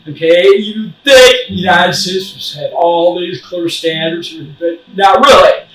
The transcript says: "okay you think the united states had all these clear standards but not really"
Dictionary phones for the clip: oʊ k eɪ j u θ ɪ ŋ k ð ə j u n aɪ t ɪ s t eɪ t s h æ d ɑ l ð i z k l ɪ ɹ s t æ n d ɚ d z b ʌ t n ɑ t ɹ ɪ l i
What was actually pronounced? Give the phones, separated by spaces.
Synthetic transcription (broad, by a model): oʊ k eɪ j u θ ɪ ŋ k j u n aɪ s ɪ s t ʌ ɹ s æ d ɑ l ð i z k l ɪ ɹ s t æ n d ɚ d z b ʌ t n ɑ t ɹ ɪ l i